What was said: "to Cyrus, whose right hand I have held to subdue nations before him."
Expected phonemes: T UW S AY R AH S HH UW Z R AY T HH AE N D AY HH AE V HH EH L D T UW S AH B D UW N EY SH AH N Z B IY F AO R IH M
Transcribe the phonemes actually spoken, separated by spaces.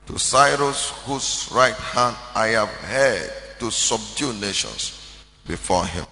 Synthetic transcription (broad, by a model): T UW S AY R AH S HH UW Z R AY T HH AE N D AY HH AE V HH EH D T UW S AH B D UW N EY SH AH N S B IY F AO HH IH M